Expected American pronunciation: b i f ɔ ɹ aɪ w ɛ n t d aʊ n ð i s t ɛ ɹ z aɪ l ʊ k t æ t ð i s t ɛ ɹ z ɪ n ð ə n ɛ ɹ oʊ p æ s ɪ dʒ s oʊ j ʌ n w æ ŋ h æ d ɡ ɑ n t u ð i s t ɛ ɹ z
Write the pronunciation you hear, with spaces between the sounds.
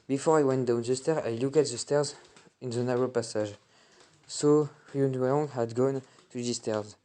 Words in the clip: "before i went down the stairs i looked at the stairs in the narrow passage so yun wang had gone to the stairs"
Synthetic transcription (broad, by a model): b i f ɔ ɹ aɪ w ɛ n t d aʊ n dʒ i s t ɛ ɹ aɪ l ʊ k æ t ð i s t ɛ ɹ z ɪ n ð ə n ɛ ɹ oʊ p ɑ s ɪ ʒ s oʊ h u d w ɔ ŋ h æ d ɡ ɑ n t u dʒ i s t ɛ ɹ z